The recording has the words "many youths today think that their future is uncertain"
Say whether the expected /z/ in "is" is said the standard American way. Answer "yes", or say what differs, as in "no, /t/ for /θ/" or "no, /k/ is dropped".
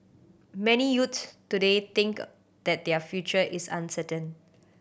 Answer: no, /s/ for /z/